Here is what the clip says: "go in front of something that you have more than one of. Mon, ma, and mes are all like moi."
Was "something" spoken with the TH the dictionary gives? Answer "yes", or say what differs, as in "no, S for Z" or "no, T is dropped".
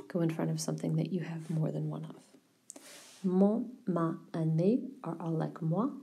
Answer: yes